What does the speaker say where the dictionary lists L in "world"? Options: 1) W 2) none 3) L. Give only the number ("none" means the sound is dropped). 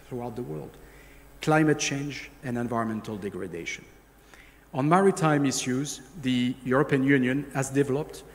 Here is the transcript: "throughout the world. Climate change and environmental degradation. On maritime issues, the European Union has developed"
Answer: 3